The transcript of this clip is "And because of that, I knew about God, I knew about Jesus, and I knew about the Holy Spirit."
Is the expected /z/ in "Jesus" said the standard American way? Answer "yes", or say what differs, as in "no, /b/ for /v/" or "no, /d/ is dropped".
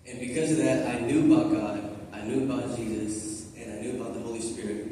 yes